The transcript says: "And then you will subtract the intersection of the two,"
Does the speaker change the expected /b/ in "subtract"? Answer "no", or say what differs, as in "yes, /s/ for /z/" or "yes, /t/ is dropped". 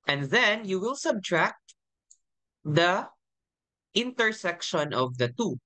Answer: no